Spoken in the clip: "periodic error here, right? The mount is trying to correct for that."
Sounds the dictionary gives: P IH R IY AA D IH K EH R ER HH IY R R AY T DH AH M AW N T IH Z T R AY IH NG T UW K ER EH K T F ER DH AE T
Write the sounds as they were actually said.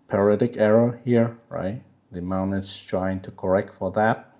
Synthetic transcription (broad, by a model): P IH R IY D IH K EH R ER HH IY R R AY T DH AH M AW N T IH S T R AY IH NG T UW K ER EH K T F ER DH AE T